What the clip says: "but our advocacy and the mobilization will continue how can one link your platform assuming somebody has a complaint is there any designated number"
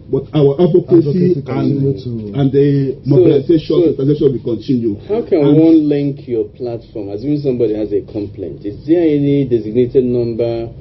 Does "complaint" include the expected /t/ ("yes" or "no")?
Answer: yes